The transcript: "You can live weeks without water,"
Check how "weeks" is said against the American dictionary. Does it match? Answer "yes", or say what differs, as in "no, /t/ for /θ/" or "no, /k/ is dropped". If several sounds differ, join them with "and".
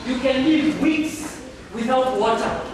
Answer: yes